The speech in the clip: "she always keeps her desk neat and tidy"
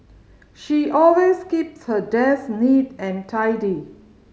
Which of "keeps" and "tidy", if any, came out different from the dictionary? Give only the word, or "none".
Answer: none